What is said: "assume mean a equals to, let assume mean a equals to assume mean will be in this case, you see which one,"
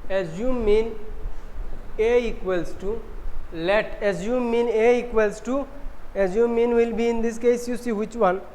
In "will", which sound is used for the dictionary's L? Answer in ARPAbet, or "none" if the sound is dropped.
L